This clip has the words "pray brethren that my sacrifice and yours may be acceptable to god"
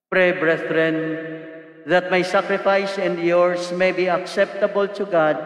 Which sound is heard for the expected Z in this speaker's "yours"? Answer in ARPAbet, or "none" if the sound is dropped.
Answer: S